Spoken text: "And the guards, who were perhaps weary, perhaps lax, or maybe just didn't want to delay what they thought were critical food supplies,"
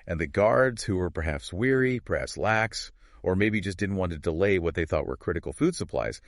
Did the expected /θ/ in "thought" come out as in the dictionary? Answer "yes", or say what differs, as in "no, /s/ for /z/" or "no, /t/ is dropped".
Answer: yes